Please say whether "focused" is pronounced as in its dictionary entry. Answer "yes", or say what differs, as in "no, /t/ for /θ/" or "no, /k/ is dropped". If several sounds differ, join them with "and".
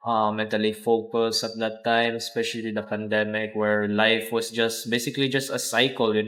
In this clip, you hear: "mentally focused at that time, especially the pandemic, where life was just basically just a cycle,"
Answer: no, /t/ is dropped